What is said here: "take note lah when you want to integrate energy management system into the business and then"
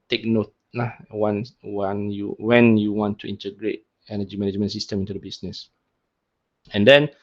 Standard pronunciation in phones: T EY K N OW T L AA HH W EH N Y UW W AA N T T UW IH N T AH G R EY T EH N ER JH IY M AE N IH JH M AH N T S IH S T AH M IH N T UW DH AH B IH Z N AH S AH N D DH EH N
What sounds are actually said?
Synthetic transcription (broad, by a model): T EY K N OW T W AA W W EH N Y UW W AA N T T UW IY N T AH G R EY T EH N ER JH IY M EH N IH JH M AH N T S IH S T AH M IH N T UW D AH B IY S N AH S AH N D EH N